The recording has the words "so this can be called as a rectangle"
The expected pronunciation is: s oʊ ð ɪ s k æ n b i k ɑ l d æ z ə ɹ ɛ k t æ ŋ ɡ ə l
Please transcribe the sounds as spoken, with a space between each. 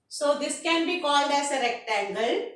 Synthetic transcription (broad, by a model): s oʊ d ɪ s k æ n b i k ɑ l d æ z ə ɹ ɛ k t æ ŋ ɡ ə l